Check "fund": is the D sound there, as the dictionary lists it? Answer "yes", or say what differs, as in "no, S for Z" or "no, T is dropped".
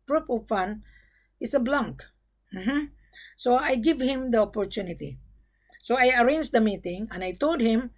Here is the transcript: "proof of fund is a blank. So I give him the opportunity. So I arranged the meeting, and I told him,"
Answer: no, D is dropped